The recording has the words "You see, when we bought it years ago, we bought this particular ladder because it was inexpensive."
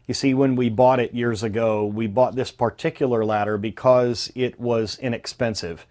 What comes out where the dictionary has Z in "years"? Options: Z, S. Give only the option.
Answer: Z